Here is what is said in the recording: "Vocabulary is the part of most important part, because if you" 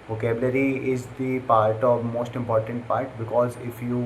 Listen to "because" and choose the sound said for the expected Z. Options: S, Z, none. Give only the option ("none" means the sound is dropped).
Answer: Z